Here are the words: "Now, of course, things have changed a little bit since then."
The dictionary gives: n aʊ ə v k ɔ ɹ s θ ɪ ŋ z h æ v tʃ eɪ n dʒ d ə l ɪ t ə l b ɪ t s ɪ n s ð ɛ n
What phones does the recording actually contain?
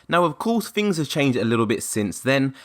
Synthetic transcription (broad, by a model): n aʊ ə v k ɔ s θ ɪ ŋ z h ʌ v tʃ eɪ n dʒ d ə l ɪ t l b ɪ t s ɪ n s ð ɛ n